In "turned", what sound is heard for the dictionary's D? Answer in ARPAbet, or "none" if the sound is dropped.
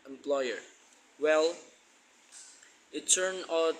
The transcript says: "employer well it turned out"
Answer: none